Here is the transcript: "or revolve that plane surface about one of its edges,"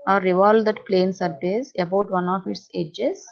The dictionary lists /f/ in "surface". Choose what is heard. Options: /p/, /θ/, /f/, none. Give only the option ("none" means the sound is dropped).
/p/